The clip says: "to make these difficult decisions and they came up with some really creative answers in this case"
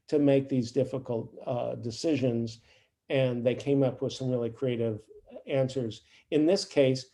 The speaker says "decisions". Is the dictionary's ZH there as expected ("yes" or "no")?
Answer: yes